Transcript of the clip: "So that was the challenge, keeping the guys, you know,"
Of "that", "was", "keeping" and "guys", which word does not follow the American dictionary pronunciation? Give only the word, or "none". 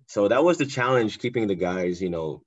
none